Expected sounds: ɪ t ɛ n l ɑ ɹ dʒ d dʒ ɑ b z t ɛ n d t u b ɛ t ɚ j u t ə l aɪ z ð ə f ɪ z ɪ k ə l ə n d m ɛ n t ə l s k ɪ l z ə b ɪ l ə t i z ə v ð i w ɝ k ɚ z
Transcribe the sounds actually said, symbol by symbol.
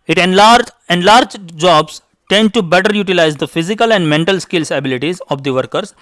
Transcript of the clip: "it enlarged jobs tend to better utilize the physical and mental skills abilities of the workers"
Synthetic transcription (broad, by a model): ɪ t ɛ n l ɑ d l d dʒ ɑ b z t ɛ n d t u b ɛ t ɚ j u t ə l aɪ z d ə f ɪ z ɪ k ə l ə n d m ɛ n t ə l s k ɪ l s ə b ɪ l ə t i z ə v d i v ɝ k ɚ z